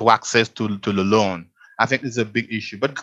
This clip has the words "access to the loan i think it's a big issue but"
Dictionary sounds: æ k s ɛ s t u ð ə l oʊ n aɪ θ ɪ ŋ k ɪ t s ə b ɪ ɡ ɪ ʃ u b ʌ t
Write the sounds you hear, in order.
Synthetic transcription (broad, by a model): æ k s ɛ s t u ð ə l oʊ n aɪ θ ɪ ŋ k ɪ s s ə b ɪ ɡ ɪ ʃ u b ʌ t